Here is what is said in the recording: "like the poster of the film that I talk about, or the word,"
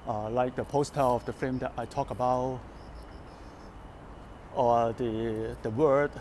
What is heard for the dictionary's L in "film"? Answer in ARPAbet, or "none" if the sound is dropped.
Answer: none